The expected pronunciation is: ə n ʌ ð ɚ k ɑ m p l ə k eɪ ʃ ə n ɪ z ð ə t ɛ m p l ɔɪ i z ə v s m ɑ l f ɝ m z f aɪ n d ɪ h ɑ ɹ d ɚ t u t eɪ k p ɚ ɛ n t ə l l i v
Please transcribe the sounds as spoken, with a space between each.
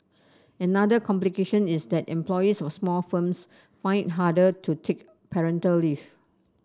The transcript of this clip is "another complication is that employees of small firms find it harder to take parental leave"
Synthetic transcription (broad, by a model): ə n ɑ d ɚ k ɑ m p l ə k eɪ ʃ ə n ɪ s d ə t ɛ m p l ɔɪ i s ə f s m ɑ l f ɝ m s f aɪ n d h ɑ d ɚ t u t eɪ k p ɚ ɛ n t ə l l i f